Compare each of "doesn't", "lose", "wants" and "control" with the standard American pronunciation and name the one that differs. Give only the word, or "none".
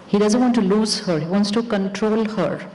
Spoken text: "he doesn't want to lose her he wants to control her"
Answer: none